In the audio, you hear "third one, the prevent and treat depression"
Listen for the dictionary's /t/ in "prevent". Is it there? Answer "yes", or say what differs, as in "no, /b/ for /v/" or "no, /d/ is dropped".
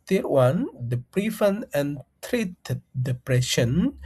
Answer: no, /t/ is dropped